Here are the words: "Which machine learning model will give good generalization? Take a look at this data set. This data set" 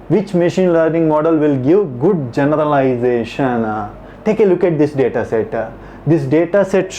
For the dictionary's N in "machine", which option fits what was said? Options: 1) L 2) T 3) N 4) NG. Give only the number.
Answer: 3